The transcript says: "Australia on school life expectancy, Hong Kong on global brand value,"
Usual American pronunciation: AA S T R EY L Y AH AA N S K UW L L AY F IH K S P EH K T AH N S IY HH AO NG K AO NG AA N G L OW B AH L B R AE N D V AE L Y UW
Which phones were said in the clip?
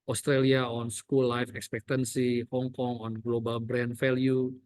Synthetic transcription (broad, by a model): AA S T R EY L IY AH AA N S K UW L L AY F IH K S P EH K T AH N S IY HH AO NG K AO NG AA N G L OW B AH L B R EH N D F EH L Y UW